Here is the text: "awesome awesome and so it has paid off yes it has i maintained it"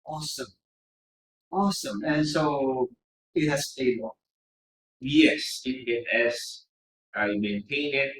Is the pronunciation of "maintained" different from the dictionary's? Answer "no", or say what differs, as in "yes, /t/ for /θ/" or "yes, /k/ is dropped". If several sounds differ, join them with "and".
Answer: yes, /d/ is dropped